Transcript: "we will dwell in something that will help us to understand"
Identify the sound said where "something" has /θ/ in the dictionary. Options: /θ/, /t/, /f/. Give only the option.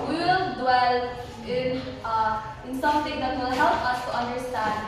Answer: /t/